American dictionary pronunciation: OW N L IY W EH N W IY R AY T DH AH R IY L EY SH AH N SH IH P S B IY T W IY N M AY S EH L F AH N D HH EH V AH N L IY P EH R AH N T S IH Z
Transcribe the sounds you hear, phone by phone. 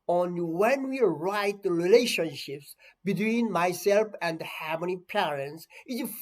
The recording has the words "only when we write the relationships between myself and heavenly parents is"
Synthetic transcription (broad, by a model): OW N W EH N W IY R AY T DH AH R IY L EY SH AH N SH IH P S B IY T W IY N M AY S EH L F AH N D HH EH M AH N IY P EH R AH N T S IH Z